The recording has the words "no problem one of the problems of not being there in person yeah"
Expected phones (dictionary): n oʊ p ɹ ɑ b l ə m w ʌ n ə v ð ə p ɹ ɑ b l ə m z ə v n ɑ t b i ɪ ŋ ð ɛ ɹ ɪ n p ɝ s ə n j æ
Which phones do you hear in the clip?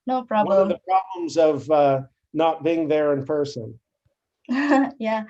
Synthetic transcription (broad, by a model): n oʊ p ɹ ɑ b w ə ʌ ə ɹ ð ə p ɹ ɑ b l ə m z ə v n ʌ t b i ɪ ŋ ð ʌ ɹ ɪ n p ɝ s ə n j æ